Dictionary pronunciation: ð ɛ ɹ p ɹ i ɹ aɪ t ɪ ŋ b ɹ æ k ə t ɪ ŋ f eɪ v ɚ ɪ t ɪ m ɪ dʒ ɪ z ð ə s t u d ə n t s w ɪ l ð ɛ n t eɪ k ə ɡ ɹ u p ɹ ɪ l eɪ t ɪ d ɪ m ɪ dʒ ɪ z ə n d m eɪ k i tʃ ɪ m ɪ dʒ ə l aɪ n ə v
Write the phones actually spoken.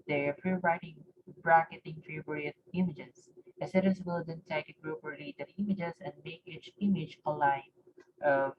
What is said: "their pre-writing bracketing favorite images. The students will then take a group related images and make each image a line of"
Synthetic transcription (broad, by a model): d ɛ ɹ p ɹ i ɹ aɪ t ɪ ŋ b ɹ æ k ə t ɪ ŋ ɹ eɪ b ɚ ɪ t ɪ m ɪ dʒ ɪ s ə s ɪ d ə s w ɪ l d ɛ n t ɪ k ə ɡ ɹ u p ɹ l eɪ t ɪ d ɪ m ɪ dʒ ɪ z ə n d m eɪ k i tʃ ɪ m ɪ dʒ ə l aɪ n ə